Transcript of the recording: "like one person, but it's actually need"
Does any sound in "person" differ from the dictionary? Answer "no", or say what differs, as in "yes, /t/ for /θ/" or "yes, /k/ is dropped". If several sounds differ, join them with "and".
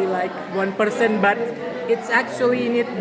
no